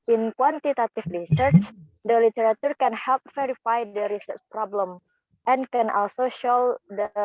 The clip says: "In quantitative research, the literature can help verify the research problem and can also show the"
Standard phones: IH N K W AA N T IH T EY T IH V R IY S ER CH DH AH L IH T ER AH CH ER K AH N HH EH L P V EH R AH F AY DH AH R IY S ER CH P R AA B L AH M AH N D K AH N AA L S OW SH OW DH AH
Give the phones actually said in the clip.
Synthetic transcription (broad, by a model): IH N K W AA N T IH T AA T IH F R IY S ER CH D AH L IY T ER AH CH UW K AH N HH EH L P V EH R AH F AY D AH R IY S ER CH P R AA B L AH M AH N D K AH N AA L S OW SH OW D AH